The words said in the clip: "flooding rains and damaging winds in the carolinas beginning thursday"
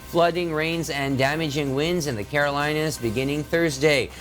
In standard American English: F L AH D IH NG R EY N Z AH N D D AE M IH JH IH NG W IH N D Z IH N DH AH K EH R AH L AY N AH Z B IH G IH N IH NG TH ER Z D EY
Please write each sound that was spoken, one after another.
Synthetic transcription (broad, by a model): F L AH D IH NG R EY N Z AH N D D AE M IH JH IH NG W IH N D Z IH N DH AH K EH R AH L AY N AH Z B IH G IH N IH NG TH ER Z D EY